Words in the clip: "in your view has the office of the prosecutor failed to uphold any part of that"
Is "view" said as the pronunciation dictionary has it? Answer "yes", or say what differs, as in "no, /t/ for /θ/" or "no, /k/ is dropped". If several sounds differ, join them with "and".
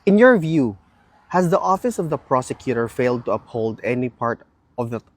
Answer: yes